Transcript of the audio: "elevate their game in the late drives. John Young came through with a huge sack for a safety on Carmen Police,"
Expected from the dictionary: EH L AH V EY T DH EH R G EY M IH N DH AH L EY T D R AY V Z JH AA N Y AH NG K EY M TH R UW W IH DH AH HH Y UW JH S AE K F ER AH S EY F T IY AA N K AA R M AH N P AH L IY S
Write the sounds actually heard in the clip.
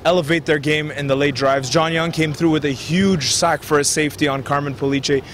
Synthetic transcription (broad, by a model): EH L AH V EY T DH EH R G EY M IH N DH AH L EY T D R AY V Z JH AA N Y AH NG K EY M TH R UW W IH DH AH HH Y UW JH S AE K F ER AH S EY F T IY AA N K AA R M AH N P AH L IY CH